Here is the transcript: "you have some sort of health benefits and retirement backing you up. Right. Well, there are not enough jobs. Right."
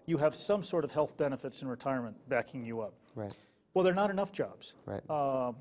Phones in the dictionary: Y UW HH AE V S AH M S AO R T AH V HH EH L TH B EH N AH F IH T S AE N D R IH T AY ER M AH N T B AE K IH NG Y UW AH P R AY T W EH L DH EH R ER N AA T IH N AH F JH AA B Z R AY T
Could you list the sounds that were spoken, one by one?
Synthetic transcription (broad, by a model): Y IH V S AH M S AO R T AH V HH EH L TH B EH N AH F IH T S N R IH T AY ER M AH N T B AE K IH NG Y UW AH P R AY W EH L DH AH R N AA T IH N AH F JH AA B Z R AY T